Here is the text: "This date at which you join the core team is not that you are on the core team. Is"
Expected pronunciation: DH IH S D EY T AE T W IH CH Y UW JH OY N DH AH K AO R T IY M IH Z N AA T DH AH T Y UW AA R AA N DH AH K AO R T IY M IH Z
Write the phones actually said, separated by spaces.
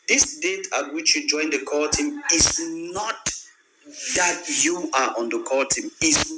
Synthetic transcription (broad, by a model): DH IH S D EY T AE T W IH CH Y UW JH OY N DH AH K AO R T IY M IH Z N AA T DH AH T Y UW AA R AA N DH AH K AO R T IY M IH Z